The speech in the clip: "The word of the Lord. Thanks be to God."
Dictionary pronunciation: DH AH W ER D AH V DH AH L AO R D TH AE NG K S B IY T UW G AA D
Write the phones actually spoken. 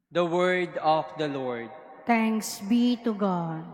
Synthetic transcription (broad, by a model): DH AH W ER D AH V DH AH L AO R D T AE NG K S B IY T UW G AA D